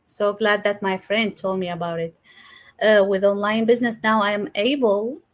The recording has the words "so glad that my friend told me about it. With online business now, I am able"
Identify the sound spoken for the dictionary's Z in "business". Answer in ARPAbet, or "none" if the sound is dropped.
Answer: Z